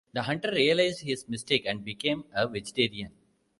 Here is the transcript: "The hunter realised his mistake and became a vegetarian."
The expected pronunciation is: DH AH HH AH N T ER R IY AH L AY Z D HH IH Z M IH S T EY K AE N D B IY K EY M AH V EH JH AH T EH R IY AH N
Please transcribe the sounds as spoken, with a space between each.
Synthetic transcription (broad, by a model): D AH HH AH N T ER R IY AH L AY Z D HH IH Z M IH S T EY K AE N D B IY K EY M AH V EH JH AH T EH R IY AH N